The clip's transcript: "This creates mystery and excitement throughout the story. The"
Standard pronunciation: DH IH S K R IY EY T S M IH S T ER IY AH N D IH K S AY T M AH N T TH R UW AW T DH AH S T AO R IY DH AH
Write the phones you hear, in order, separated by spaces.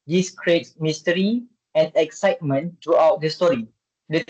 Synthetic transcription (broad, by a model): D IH S K R IY EY T S M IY S T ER IY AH N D IH K S AY T M AH N T R UW AW T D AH S T AO R IY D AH